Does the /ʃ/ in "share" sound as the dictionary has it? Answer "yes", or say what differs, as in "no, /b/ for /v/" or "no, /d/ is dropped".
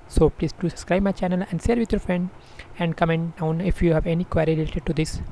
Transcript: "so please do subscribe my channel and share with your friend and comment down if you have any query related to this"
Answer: no, /s/ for /ʃ/